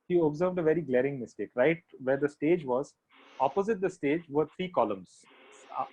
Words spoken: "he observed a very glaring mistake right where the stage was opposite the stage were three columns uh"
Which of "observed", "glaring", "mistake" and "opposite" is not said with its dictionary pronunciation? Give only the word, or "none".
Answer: none